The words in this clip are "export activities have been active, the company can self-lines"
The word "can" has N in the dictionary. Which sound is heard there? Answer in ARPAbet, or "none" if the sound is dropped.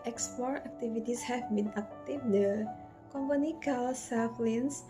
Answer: L